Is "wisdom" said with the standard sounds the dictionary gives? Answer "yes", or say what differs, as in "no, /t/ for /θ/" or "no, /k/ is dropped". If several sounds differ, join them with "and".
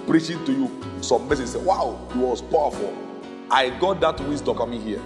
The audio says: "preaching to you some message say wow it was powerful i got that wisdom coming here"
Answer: no, /s/ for /z/